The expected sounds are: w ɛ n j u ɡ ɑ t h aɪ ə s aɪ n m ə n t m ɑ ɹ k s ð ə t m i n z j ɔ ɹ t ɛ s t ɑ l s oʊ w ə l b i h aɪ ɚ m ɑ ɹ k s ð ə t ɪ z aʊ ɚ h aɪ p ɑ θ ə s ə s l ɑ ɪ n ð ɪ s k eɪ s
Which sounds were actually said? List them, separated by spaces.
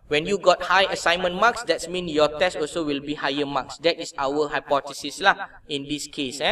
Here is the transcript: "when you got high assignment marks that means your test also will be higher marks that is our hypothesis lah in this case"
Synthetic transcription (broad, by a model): w ɛ n j u ɡ ɑ t h aɪ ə s aɪ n m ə n m ɑ k s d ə t m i n j ɔ t ɛ s t ɑ l s oʊ w ə l b i h aɪ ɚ m ɑ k s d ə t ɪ s aʊ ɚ h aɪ p ɑ t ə s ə s l ɑ ɪ n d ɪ s k eɪ s